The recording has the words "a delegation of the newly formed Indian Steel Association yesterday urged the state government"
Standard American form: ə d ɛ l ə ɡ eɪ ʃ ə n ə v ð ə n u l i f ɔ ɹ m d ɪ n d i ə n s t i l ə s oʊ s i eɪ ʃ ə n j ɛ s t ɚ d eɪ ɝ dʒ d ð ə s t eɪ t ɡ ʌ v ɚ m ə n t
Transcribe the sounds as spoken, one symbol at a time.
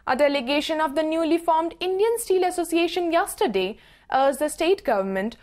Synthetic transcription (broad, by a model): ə d ɛ l ə ɡ eɪ ʃ ə n ə v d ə n u l i f ɔ ɹ m d ɪ n d i ə n s t i l ə s oʊ s i eɪ ʃ ə n j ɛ s t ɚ d eɪ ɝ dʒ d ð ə s t eɪ t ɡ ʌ v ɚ m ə n t